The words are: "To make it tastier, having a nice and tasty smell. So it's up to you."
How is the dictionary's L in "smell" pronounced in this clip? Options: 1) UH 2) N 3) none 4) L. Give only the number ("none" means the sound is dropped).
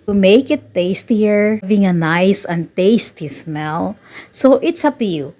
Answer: 4